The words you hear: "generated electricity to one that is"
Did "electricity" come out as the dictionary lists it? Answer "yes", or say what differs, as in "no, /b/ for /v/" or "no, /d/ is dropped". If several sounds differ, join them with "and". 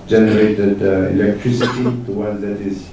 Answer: yes